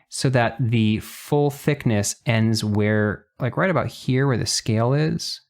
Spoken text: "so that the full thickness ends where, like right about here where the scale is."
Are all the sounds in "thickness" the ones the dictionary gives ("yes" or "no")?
yes